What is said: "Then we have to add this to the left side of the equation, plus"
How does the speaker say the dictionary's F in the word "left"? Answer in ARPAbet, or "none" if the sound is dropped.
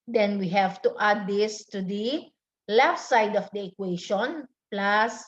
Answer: F